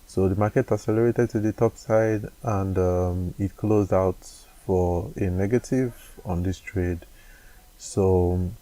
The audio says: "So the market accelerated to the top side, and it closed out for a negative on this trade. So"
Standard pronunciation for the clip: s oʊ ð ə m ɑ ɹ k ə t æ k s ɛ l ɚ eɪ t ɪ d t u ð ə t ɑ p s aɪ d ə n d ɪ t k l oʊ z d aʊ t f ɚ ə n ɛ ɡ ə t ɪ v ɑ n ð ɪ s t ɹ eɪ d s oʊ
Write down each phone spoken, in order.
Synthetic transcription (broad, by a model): s oʊ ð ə m ɑ k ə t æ s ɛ l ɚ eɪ t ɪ d t u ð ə t ɑ p s aɪ d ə n d ɪ t k l oʊ z d aʊ t f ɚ ə n ɛ ɡ ə t ɪ v ɑ n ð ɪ s t ɹ eɪ d s oʊ